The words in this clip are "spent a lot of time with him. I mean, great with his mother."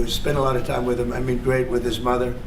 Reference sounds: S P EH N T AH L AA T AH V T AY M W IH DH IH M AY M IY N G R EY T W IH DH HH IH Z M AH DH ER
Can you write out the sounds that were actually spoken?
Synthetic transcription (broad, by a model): S P EH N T AH L AA T AH V T AY M W IH DH IH M AY M IY N G R EY T W IH DH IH Z M AH DH ER